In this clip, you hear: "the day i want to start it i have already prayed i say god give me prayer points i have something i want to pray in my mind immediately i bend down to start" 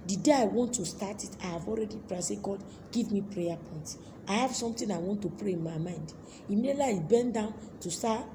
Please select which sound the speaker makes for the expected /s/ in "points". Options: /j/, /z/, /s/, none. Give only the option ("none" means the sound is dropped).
none